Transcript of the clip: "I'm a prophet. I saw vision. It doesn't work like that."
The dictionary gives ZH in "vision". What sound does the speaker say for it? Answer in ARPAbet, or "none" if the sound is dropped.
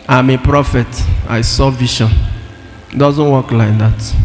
SH